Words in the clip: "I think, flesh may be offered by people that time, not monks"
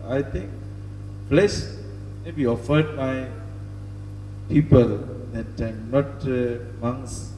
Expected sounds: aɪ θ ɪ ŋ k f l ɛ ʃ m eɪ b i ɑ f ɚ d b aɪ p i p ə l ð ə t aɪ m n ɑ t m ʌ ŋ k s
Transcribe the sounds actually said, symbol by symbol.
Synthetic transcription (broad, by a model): aɪ t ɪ ŋ k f l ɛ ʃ m eɪ b i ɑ f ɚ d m aɪ p i p ə l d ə t aɪ m n ɑ t m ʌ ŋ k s